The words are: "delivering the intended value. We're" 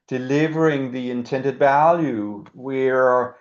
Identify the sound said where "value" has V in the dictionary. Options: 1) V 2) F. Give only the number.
1